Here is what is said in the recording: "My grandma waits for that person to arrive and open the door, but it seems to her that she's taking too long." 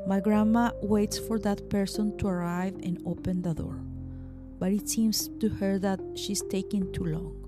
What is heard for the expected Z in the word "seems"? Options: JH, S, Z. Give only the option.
S